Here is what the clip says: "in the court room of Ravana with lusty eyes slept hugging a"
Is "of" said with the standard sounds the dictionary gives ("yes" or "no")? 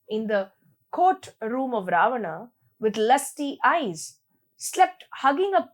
yes